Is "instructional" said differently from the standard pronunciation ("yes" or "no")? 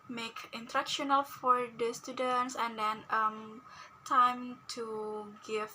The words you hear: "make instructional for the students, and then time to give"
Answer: yes